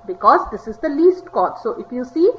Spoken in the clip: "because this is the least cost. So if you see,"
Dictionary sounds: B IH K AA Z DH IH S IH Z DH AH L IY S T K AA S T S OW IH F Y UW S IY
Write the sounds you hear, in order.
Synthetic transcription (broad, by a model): B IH K AA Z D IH S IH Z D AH L IY S T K AA T S OW IH F Y UW S IY